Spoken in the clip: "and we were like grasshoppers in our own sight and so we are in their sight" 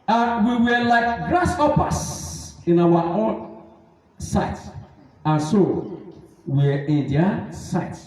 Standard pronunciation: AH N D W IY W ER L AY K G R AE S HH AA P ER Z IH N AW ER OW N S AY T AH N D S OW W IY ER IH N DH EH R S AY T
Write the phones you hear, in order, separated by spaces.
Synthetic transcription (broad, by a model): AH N W IY W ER L AY K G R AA S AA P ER S IH N AW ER OW N S AY T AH N S OW W IY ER IH N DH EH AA S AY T